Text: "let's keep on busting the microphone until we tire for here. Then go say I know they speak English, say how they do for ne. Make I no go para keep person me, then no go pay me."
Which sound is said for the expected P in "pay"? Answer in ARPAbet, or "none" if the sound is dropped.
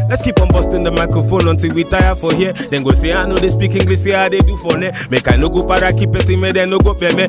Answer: B